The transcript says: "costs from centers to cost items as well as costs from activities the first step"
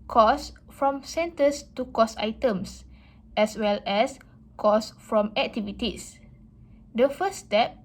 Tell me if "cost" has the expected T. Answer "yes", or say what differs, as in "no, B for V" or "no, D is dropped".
no, T is dropped